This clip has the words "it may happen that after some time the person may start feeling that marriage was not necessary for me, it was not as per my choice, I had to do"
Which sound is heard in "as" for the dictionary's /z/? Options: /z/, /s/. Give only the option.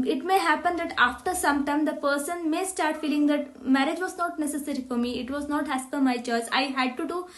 /s/